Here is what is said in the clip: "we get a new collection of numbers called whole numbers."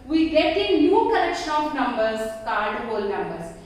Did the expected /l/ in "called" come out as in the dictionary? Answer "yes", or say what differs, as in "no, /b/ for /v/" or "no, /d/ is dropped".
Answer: no, /l/ is dropped